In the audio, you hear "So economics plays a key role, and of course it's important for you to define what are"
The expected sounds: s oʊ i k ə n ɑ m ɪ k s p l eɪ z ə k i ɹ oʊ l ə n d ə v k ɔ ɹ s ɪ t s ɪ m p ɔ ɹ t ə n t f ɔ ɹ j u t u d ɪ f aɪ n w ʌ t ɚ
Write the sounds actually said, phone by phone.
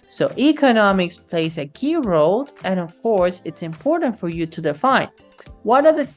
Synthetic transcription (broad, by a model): s oʊ i k ə n ɑ m ɪ k s p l eɪ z ə k i ɹ oʊ l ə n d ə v k ɔ ɹ s ɪ t s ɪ m p ɔ ɹ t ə n t f ɔ ɹ j u t u d ɪ f aɪ n w ʌ t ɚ